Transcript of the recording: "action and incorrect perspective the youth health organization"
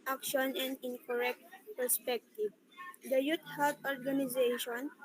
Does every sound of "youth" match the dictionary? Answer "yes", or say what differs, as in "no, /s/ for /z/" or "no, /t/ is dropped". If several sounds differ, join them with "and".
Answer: no, /t/ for /θ/